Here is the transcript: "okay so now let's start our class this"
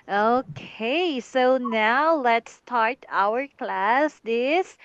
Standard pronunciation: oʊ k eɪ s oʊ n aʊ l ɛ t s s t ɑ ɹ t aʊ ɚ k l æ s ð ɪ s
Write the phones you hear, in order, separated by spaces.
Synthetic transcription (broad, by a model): oʊ k eɪ s oʊ n aʊ l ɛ t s s t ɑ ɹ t aʊ ɚ k l æ s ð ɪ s